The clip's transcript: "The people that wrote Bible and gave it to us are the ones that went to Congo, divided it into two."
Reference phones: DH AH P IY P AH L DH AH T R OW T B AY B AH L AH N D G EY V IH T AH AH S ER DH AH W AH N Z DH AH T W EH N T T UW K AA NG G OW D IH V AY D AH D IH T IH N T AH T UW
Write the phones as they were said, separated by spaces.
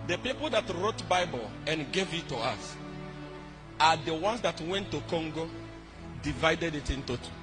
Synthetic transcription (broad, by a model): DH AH P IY P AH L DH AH T R OW T B AY B AH L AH N G EY V IH T AH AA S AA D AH W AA N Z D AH T W EH N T T UW K AA NG G OW D IH V AY D AH D IH T IH N T AH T